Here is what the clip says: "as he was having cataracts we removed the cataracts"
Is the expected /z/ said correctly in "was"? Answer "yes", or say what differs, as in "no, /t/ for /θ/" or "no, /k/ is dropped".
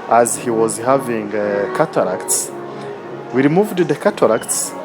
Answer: yes